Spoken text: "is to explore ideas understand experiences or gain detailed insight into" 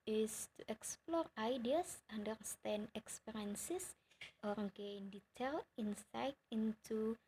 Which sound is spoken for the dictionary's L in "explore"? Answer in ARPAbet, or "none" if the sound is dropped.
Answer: L